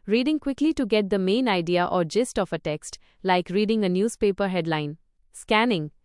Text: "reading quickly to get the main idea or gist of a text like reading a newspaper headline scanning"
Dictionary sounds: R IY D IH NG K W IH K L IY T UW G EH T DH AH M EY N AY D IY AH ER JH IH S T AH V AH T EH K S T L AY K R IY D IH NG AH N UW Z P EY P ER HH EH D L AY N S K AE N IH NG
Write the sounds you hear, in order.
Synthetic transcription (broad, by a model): R IY D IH NG K W IH K L IY T UW G EH T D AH M EY N AY D IY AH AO JH IH S T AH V AH T EH K S T L AY K R IY D IH NG AH N UW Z P EY P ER HH EH D L AY N S K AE N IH NG